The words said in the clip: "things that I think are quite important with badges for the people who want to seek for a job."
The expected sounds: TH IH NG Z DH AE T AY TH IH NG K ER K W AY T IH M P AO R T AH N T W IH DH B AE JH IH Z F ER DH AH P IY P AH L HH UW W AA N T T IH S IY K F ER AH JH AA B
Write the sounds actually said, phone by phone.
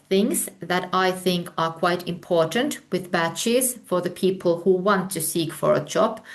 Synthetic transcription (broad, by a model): TH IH NG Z DH AE T AY TH IH NG K ER K W AY T IH M P AO R T AH N T W IH DH B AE CH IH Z F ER DH AH P IY P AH L HH UW W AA N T T IH S IY K F ER AH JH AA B